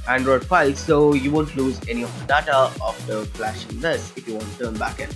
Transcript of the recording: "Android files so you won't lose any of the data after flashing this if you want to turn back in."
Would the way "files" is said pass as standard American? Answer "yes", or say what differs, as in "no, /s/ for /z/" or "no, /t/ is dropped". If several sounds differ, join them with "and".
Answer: no, /p/ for /f/